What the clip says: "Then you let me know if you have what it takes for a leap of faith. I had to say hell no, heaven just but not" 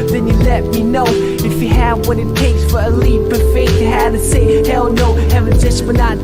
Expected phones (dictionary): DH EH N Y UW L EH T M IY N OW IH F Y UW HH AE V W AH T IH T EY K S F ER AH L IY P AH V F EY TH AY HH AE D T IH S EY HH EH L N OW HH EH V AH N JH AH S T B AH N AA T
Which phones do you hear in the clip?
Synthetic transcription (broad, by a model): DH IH N Y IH L EH T M IY N OW IH F Y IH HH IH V W AH T IH T EY K S F ER AH L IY B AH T F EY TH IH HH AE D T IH S EY HH EH L N OW HH EH V AH N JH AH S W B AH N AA